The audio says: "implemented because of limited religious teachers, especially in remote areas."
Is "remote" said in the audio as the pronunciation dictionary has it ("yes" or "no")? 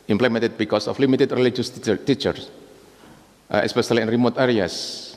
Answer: yes